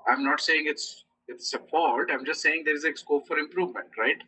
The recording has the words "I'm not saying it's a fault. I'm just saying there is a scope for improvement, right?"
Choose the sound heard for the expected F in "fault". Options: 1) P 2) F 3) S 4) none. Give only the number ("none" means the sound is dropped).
1